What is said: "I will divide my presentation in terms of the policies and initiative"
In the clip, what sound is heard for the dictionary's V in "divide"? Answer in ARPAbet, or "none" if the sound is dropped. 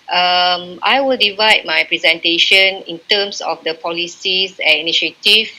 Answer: V